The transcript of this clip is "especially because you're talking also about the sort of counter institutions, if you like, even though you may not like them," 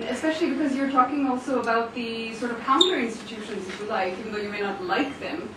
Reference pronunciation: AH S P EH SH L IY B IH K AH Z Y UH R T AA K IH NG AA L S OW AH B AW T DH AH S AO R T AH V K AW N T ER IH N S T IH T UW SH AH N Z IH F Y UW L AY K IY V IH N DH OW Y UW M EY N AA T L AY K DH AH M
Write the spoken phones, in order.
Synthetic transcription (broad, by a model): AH S P EH SH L IY B IH K AH Z Y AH R T AA K IH NG AA L S OW AH B AW T DH AH S AO R T AH V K AW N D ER IH N S T IH T UW SH AH N Z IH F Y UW L AY K IY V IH N DH OW Y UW M EY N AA T L AY K DH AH M